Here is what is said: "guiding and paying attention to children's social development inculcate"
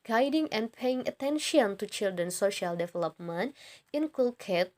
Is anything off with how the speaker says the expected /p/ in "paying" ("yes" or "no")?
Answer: no